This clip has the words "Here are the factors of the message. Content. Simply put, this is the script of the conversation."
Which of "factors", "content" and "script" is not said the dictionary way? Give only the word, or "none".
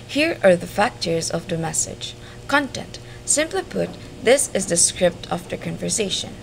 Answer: none